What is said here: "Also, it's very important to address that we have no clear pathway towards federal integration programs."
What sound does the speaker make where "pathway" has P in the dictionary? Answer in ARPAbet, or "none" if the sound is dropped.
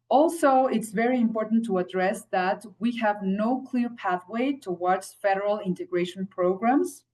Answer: P